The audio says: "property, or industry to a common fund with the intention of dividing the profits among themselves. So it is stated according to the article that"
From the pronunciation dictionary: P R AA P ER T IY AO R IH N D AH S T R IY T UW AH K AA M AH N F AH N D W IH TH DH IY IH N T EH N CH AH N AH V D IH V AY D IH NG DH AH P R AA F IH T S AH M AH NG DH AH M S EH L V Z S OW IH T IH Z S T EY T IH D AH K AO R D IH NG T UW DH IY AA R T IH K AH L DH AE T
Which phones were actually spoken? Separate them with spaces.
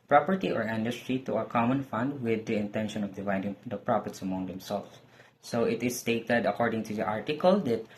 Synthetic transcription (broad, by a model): P R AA P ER T IY AO R IH N D AH S T R IY T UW AH K AA M AH N F AH N D W IH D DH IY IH N T EH N SH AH N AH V D IH V AY D IH NG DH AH P R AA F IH T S AH M AH NG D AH M S EH L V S S OW IH T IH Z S T EY T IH D AH K AO R D IH NG T UW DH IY AA R T IH K AH L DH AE T